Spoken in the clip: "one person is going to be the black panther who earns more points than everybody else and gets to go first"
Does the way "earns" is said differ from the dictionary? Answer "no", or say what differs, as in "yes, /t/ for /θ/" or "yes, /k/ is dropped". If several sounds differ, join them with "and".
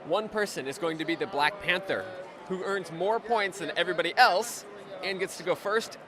no